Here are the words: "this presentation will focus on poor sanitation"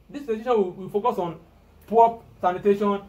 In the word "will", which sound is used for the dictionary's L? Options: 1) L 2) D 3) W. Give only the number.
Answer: 3